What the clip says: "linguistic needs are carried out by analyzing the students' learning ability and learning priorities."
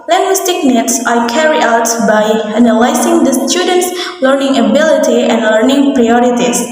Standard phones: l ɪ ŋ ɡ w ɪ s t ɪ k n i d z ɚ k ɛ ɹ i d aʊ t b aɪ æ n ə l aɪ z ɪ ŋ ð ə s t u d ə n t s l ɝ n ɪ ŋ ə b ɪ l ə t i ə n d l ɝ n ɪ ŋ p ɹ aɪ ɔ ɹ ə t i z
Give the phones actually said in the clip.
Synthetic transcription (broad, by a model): l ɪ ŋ ɡ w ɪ s t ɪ k n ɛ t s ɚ k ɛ ɹ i aʊ t b aɪ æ n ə l aɪ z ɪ ŋ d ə s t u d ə n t s l ɝ n ɪ ŋ ə b ɪ l ə t i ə n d l ɝ n ɪ ŋ p ɹ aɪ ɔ ɹ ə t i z